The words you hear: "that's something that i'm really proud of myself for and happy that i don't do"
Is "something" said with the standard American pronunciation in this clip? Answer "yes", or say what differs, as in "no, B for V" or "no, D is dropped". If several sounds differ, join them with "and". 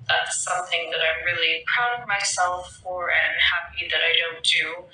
yes